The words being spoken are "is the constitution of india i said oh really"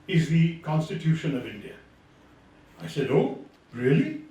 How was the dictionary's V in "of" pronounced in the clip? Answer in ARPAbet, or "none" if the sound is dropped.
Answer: V